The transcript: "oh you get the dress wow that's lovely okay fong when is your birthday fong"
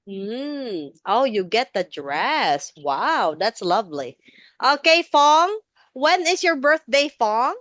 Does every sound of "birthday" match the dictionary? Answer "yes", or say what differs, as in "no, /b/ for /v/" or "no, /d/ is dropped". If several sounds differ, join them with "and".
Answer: yes